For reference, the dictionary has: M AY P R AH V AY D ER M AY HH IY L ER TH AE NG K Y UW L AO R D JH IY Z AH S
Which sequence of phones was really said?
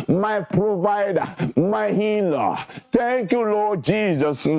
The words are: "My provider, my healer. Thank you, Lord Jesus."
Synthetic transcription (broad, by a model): M AY P R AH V AY D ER M AY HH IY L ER T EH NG K Y UW L AO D JH IY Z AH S